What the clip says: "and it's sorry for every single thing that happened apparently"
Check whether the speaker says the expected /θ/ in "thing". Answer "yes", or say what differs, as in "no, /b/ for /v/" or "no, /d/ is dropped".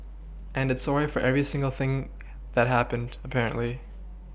yes